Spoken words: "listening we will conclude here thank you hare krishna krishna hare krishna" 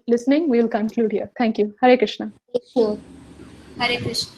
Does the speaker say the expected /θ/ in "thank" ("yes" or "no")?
no